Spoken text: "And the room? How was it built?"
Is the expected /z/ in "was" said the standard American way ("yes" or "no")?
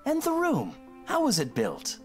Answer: yes